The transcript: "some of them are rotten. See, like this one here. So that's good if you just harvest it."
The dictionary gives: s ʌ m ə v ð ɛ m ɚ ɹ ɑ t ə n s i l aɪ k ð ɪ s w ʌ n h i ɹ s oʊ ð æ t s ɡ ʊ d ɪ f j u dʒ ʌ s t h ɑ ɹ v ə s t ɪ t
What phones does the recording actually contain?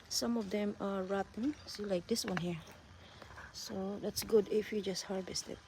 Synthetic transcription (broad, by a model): s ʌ m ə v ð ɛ m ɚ ɹ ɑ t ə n s i l aɪ k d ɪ s w ʌ n h i ɹ s oʊ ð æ t s ɡ ʊ d ɪ f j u dʒ ʌ s t h ɑ ɹ v ə s t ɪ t